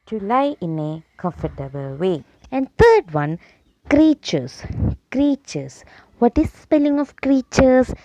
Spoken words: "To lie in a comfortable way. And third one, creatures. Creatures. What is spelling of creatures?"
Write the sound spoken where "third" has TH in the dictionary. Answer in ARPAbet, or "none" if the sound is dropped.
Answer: T